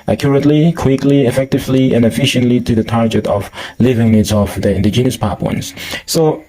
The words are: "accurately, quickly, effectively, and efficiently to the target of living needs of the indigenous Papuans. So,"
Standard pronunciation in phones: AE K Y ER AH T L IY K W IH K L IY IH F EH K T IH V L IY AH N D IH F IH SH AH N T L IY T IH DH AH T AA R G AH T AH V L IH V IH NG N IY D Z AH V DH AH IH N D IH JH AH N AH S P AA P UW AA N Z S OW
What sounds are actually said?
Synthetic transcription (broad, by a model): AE K Y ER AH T L IY K W IH K L IY IH F EH K T IH V L IY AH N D IH F IH SH AH N T L IY T IH DH AH T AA R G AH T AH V L IH V IH NG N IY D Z AH V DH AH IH N D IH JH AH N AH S P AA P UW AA N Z S OW